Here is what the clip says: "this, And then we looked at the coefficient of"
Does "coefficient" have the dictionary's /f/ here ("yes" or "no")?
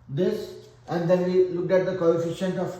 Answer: yes